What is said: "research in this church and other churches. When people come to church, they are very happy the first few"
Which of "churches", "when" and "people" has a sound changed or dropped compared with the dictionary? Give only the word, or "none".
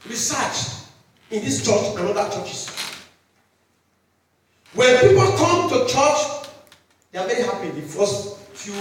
churches